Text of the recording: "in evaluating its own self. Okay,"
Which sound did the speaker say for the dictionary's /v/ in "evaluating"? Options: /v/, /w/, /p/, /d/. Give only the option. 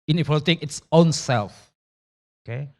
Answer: /p/